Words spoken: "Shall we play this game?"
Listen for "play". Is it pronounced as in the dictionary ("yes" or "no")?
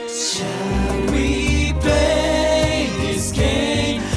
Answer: no